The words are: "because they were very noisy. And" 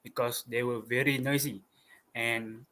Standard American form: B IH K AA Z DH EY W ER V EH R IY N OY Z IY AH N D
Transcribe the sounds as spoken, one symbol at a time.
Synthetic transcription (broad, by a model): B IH K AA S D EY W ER V EH R IY N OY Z IY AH N